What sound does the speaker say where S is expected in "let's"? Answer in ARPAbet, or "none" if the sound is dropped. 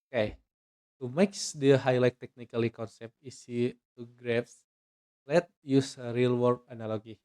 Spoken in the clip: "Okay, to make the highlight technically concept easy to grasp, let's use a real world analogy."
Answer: none